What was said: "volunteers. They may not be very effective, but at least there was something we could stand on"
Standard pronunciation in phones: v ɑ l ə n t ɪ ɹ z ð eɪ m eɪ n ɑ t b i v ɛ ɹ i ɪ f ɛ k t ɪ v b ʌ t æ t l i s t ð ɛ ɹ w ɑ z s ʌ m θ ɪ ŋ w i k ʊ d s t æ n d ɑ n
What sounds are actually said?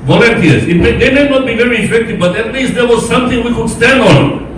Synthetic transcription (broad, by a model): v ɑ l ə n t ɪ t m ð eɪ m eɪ n ɑ t b i v ɛ ɹ i ɪ f ɛ k t ɪ v b ʌ t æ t l i s t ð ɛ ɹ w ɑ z s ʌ m t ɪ ŋ w i k ʊ d s t æ n d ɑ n